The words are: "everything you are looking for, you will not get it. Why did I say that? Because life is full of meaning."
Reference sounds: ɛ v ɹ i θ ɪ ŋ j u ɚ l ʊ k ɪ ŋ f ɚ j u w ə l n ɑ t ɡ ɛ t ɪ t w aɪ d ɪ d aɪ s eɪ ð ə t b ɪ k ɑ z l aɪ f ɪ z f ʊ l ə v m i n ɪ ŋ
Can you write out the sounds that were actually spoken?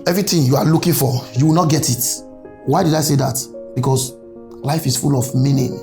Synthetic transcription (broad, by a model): ɛ v ɹ i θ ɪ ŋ j u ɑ l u k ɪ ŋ f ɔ j u w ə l n ɑ t ɡ ɛ t ɪ t w aɪ d ɪ d aɪ s eɪ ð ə t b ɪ k ɑ s l aɪ f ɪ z f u l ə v m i n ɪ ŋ